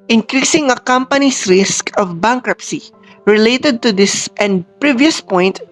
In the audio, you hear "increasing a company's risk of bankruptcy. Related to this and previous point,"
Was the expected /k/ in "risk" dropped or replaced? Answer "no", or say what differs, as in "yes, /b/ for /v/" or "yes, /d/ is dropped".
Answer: no